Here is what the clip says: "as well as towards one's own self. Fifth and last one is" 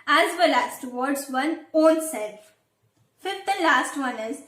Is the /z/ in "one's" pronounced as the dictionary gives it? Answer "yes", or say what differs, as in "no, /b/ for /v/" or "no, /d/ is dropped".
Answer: no, /z/ is dropped